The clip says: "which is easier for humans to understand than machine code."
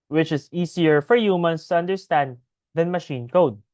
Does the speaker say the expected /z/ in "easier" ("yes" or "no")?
no